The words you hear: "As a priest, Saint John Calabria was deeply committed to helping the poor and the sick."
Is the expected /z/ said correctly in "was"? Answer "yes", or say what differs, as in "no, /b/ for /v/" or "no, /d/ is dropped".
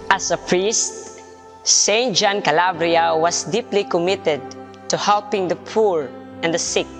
no, /s/ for /z/